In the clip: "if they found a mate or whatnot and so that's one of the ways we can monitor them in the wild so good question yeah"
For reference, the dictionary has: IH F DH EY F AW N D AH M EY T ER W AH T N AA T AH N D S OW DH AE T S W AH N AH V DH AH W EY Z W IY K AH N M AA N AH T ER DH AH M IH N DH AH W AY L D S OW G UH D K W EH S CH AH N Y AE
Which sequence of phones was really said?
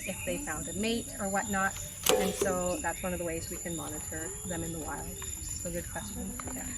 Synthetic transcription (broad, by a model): IH F DH EY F AW N D AH M EY T ER W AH T N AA T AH N S OW DH AE T S W AH N AH V DH AH W EY Z W IY K AH N M AA N AH T ER DH AH M IH N DH AH W AY L D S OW G UH D K W EH S CH AH N